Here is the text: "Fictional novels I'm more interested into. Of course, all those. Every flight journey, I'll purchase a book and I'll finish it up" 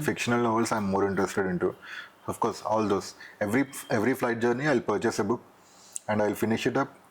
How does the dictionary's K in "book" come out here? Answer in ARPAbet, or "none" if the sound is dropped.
none